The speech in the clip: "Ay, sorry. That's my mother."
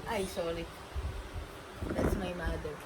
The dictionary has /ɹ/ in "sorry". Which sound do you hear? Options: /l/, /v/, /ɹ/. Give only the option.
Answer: /l/